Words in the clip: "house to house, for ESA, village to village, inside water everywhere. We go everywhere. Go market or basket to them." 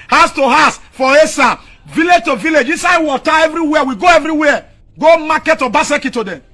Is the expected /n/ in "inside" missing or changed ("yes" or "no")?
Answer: yes